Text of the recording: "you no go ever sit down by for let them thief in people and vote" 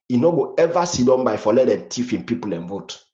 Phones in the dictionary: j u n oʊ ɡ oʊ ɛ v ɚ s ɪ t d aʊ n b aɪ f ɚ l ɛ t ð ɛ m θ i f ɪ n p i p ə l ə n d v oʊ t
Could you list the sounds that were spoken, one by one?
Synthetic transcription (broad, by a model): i n oʊ ɡ oʊ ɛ v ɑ s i d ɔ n b aɪ f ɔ l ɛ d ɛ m t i f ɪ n p i p ə l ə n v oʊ t